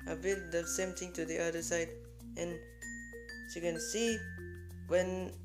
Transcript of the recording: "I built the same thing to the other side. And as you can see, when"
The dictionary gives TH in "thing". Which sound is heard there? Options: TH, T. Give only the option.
T